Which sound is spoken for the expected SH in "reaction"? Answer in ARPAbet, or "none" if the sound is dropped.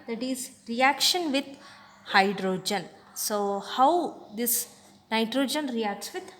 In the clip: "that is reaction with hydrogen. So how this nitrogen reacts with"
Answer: SH